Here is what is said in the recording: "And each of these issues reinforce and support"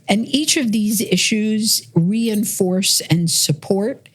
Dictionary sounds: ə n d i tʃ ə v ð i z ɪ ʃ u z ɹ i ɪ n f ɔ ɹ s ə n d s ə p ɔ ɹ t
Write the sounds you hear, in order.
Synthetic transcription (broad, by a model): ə n i tʃ ə v ð i z ɪ ʃ u z ɹ i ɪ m f ɔ ɹ s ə n s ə p ɔ ɹ t